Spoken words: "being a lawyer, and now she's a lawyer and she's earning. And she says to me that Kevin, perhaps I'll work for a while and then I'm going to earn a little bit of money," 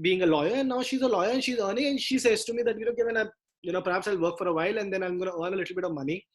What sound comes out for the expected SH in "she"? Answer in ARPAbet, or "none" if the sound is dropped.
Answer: SH